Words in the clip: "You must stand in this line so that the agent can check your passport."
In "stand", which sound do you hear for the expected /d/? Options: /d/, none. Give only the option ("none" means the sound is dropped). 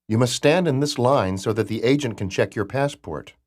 /d/